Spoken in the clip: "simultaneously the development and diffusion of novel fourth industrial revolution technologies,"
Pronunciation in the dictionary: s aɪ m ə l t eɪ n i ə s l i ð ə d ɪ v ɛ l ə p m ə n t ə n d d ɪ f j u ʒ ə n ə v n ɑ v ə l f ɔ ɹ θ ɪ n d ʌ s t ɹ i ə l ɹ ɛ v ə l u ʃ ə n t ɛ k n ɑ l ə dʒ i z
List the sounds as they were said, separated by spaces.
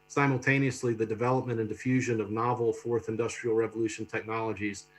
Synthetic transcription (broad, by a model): s aɪ m l t eɪ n i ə s l i ð ə d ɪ v ɛ l ə p m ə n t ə n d d ɪ f j u ʒ ə n ə v n ɑ v l f ɔ ɹ θ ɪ n d ʌ s t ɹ i l ɹ ɛ v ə l u ʃ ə n t ɛ k n ɑ l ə dʒ i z